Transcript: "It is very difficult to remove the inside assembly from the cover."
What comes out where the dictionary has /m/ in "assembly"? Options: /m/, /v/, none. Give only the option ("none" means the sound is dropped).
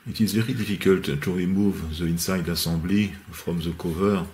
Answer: none